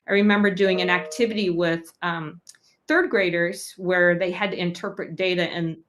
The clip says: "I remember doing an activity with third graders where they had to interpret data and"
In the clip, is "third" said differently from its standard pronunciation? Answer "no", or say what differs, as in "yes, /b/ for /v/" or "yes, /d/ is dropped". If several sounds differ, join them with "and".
no